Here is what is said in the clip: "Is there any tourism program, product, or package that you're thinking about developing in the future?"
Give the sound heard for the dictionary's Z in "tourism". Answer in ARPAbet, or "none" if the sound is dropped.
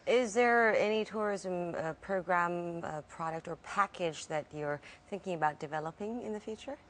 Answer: Z